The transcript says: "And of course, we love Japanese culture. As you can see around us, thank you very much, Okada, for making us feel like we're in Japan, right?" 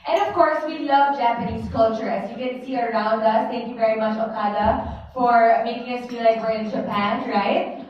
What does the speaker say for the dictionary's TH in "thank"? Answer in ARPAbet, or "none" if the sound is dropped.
T